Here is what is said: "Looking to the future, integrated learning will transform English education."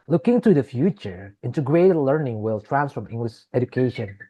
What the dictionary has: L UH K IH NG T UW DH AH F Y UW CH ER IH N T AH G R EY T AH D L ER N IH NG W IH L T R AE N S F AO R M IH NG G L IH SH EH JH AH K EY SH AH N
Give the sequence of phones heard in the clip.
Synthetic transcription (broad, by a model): L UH K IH NG T UW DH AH F Y UW CH ER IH N T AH G R EY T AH L ER N IH NG W IH L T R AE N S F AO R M IH NG G L IH SH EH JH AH K EY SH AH N